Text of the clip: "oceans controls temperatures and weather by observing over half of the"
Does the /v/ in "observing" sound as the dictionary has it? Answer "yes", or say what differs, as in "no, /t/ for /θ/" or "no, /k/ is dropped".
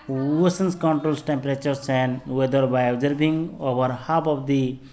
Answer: no, /b/ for /v/